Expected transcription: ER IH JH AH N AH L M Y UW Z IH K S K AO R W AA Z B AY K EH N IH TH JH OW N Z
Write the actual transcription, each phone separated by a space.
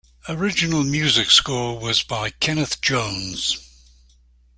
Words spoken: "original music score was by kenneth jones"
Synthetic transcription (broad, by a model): ER IH JH AH N AH L M Y UW Z IH K S K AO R W AA Z B AY K EH N IH TH JH OW N Z